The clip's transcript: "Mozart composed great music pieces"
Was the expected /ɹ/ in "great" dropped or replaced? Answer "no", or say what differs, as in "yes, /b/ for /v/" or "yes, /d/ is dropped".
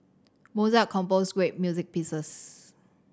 yes, /w/ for /ɹ/